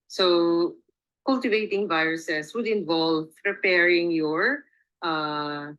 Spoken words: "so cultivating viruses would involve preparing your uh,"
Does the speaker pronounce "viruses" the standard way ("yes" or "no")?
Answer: no